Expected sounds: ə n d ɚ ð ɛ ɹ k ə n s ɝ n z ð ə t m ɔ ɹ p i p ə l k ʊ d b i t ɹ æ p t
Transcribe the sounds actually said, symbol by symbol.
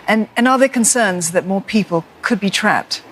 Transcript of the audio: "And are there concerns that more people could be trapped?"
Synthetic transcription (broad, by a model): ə n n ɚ ð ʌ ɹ k ə n s ɝ n z ð ə t m ɔ ɹ p i p ə l k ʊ d b i t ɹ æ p t